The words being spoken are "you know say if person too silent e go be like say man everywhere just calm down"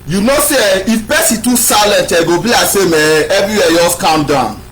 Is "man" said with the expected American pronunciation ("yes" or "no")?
no